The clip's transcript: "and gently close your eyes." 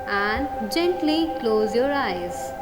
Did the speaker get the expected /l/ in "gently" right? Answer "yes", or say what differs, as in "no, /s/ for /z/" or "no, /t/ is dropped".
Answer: yes